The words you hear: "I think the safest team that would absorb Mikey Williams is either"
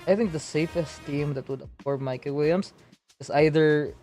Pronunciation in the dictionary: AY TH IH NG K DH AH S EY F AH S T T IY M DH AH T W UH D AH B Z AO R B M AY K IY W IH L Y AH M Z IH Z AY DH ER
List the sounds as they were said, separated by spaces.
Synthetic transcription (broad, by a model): AY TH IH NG K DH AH S EY F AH S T T IY M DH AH T W UH D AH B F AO R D M AY K IY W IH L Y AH M S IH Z AY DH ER